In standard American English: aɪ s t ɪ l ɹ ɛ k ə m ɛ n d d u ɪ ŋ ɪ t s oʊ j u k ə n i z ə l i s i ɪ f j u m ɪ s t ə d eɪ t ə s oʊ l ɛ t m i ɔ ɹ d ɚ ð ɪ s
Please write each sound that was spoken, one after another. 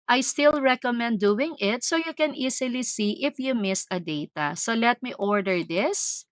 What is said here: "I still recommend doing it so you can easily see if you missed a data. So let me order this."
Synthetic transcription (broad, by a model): aɪ s t ɪ l ɹ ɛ k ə m ɛ n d d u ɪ ŋ ɪ t s oʊ j u k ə n i s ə l i s i ɪ f j u m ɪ s ə d eɪ t ə s oʊ l ɛ t m i ɔ ɹ d ɚ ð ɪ s